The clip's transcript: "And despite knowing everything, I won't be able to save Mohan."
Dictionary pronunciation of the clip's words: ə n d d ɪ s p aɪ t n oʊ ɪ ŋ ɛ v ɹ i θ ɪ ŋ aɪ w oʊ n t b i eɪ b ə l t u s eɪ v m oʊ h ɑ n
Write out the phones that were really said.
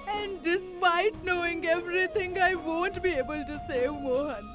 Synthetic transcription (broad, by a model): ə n d d ɪ s p aɪ t n oʊ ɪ ŋ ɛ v ɹ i t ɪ ŋ aɪ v oʊ n t b i eɪ b ə l t u s eɪ v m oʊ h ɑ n